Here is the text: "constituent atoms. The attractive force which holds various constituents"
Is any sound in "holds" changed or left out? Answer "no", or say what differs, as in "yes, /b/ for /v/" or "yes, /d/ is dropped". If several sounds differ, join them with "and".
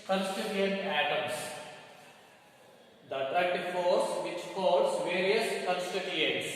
yes, /l/ is dropped